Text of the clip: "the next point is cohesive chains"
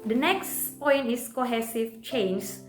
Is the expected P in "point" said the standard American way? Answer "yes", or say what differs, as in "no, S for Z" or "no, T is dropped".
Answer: yes